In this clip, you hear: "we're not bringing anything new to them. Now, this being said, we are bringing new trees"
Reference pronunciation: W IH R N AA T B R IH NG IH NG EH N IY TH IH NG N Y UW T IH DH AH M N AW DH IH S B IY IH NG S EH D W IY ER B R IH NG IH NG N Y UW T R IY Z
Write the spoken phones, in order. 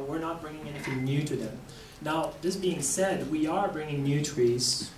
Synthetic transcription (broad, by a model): W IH R N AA T B R IH NG IH NG EH N IY TH IH NG N Y UW T IH DH AH M N AW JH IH S B IY IH NG S EH D W IY ER B R IH NG IH NG N Y UW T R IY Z